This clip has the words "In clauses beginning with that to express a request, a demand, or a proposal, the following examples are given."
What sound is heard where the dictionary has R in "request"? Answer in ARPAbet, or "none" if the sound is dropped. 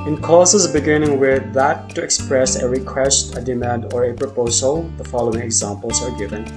R